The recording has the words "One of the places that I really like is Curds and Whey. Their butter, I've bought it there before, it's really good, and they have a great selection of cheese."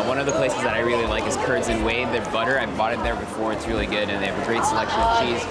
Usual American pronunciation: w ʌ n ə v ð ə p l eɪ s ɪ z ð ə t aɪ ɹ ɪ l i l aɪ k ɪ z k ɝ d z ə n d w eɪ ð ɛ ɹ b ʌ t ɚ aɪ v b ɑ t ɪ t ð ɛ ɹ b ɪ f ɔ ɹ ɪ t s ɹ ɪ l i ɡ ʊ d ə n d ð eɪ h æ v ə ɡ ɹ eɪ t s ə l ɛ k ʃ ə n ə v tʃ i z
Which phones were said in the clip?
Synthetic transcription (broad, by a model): w ʌ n ə v ð ə p l eɪ s ɪ z ð ə t aɪ ɹ ɪ l i l aɪ k ɪ z k ɝ d z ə n w eɪ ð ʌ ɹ b ʌ t ɚ aɪ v b ɑ t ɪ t ð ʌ ɹ b ɪ f ɔ ɹ ɪ t s ɹ ɪ l i ɡ ʊ d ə n ð eɪ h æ v ə ɡ ɹ eɪ t s ə l ɛ k ʃ ə n ə v tʃ i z